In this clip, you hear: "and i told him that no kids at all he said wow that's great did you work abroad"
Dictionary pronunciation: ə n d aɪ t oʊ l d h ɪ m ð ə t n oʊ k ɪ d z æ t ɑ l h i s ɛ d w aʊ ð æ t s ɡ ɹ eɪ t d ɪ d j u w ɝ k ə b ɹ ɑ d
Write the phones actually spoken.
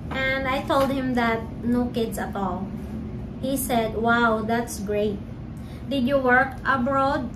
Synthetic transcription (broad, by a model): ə n d aɪ t oʊ l d h ɪ m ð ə t n oʊ k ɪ d s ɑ t ɑ l h i s ɛ d w aʊ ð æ t s ɡ ɹ eɪ t d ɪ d j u w ɝ k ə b ɹ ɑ d